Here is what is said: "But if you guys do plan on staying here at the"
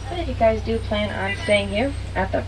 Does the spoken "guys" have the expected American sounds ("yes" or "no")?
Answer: yes